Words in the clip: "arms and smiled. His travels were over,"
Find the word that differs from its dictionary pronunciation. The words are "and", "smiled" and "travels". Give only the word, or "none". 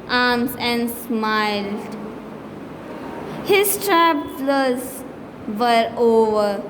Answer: travels